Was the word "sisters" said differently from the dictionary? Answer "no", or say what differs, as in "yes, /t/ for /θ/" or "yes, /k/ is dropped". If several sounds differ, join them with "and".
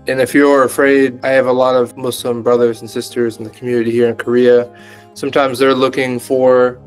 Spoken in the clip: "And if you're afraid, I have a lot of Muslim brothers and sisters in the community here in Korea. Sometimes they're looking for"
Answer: no